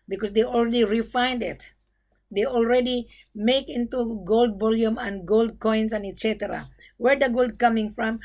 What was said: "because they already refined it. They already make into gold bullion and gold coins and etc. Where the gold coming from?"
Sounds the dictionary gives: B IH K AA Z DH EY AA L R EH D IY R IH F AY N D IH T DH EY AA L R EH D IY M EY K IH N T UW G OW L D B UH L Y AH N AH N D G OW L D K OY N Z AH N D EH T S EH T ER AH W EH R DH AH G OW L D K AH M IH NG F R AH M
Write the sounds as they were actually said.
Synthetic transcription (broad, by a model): B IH K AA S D EY AA L R EH D IY R IH F AY N D IH T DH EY AA L R EH D IY M EY K IH N T UW G OW L D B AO L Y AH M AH N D G OW L D K OY N S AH N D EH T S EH T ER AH W EH R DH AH G OW L D K AH M IH NG F R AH M